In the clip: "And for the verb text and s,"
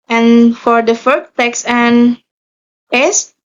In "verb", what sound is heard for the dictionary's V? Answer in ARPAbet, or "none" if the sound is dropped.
F